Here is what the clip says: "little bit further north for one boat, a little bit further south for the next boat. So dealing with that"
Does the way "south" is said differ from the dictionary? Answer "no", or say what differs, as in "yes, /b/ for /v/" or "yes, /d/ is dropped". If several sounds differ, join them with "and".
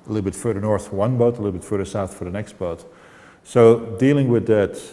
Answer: no